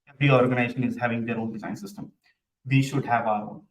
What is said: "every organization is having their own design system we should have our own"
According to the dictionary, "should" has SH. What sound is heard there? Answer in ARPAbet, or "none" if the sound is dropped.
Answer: SH